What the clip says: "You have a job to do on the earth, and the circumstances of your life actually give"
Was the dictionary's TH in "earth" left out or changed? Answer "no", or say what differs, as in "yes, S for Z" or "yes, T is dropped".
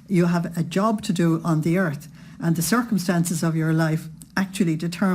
no